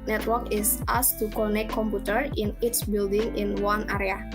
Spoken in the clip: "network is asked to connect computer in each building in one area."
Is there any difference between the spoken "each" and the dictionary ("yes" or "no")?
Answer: yes